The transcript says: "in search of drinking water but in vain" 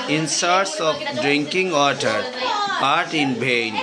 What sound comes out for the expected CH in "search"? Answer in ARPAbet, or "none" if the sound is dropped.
S